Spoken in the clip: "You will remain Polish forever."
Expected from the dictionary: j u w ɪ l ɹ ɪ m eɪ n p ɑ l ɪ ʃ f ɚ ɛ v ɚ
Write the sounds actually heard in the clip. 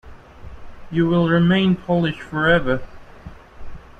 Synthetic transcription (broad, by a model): j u w ɪ l ɹ ɪ m eɪ n p ɑ l ɪ ʃ f ɚ ɛ v ɚ